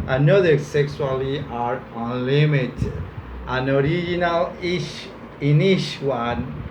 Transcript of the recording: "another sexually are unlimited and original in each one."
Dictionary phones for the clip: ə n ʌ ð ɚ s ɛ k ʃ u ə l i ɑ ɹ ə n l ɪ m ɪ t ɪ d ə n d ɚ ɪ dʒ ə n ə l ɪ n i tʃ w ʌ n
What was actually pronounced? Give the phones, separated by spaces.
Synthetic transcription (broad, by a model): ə n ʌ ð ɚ s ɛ k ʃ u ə l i ɑ ɹ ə n l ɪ m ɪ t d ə n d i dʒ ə n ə l ɪ n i ʃ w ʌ n